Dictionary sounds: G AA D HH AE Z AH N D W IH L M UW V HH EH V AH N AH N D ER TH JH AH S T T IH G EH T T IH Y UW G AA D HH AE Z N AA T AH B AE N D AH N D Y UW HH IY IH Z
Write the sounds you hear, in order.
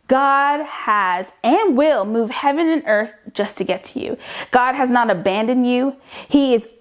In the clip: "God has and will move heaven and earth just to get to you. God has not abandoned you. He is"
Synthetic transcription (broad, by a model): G AA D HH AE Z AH N W IH L M UW V HH EH V AH N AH N ER TH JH AH S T T IH G EH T T IH Y UW G AA D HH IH Z N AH T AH B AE N D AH N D Y UW HH IY IH Z